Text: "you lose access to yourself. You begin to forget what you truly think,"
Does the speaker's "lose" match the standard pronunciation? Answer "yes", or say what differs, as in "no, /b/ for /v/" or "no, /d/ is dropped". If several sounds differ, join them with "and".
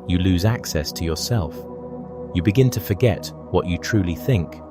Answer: yes